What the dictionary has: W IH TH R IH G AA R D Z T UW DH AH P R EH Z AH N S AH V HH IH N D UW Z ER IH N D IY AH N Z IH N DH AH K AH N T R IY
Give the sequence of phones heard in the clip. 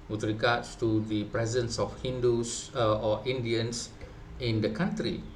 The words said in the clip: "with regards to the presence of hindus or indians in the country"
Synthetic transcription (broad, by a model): W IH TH R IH G AA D S T UW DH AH P R EH Z AH N S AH F HH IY N D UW S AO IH N D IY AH N S IH N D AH K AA N T R IY